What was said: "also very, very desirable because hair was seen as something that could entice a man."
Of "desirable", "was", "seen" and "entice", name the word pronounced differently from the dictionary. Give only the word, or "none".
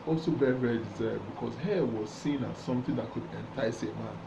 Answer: desirable